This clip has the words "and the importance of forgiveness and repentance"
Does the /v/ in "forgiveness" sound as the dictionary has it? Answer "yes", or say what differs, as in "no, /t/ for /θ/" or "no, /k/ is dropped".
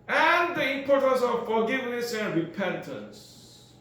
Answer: yes